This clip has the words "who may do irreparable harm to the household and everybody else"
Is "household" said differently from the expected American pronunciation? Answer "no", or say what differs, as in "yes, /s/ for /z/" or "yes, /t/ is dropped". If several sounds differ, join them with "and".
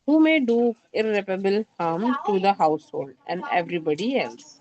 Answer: no